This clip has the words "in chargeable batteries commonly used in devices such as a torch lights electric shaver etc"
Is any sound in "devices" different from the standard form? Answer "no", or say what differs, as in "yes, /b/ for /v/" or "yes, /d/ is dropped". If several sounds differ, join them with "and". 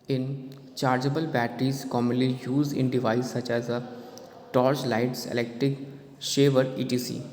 yes, /s/ is dropped